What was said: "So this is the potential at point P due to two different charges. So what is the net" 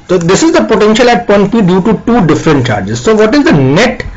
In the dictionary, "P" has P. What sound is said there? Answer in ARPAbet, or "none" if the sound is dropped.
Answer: B